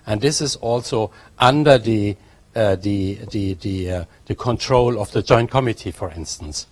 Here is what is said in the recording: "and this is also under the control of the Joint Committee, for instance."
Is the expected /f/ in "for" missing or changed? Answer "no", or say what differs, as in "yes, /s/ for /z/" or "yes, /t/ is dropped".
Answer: no